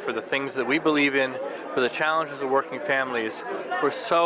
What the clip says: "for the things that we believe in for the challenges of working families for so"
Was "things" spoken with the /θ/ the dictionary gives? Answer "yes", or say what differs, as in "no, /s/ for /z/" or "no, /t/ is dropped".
yes